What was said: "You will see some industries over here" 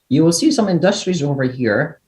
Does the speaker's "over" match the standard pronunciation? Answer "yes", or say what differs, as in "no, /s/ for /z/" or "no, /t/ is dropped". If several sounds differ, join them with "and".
yes